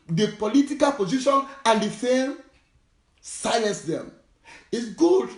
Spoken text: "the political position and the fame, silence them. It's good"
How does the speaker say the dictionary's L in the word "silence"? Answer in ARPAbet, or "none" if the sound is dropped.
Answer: none